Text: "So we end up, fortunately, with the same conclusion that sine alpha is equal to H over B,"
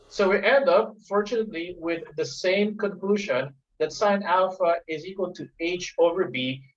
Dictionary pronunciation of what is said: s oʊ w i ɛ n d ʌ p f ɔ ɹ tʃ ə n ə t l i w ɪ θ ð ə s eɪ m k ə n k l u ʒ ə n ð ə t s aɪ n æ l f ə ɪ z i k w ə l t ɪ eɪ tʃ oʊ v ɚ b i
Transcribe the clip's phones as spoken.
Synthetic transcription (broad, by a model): s oʊ w i ɛ n d ʌ p f ɔ ɹ tʃ ə n ə t l i w ɪ ð ə s eɪ m k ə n k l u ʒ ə n ð ə t s aɪ n æ l f ə ɪ z i k w ə l t ɪ eɪ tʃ oʊ v ɚ b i